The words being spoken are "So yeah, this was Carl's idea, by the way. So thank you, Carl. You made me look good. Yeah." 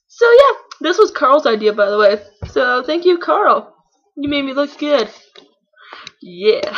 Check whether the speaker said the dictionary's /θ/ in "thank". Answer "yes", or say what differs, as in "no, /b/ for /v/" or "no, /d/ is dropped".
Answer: yes